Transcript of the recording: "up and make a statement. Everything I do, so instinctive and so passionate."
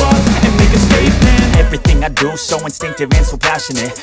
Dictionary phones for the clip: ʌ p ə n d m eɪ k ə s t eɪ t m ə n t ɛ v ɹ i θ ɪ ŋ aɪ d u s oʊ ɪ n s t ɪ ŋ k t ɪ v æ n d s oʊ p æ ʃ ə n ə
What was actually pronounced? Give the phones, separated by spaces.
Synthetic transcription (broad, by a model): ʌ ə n m eɪ k ə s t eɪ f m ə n ɛ v ɹ i θ ɪ ŋ aɪ d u s oʊ ɪ n s t ɪ ŋ k t ɪ v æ n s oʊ p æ ʃ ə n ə